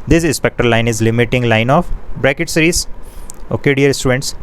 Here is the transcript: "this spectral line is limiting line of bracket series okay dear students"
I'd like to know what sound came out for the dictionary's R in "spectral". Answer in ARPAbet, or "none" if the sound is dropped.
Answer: none